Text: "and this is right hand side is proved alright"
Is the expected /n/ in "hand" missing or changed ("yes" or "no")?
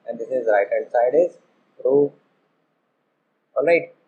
yes